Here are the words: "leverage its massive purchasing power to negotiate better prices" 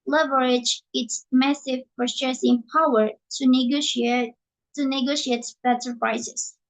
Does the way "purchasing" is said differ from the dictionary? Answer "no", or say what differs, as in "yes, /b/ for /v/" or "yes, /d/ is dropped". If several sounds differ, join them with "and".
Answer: yes, /f/ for /p/